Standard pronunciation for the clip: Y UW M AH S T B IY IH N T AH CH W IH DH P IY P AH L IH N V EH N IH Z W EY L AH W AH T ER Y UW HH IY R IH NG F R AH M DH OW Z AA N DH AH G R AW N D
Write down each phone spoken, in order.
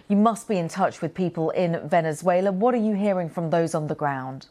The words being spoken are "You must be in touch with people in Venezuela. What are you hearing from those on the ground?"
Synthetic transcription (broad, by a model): Y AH M AH S B IY IH N T AH CH W IH DH P IY P AH L IH N V EH N IH Z W EY L AH W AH T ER Y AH HH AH R IH NG F R AH M DH OW Z N DH AH G R AW N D